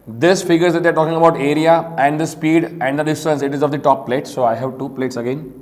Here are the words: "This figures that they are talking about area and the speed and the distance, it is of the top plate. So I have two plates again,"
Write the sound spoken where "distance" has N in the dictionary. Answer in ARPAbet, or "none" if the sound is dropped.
N